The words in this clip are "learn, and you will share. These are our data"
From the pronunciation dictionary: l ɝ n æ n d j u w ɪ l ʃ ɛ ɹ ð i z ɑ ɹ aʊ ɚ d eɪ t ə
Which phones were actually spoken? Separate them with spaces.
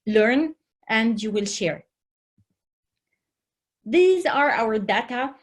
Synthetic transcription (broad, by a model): l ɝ n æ n d j u w ɪ l ʃ ɛ ɹ ð i z ɑ ɹ aʊ ɚ d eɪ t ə